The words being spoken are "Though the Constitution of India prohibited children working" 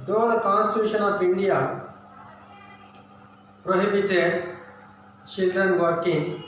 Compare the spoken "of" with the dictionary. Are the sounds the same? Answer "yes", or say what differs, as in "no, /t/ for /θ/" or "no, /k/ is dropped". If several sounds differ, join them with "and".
no, /p/ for /v/